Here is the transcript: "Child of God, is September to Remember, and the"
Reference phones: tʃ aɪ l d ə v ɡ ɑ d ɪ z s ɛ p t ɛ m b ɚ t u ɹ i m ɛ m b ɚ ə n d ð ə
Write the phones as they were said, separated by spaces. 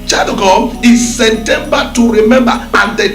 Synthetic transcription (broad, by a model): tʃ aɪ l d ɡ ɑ ɪ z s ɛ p t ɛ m b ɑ t u ɹ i m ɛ m b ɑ ə n d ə